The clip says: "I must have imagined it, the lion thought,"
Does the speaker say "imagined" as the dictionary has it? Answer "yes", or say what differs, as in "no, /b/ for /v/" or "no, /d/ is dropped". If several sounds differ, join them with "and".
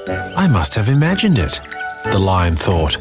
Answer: yes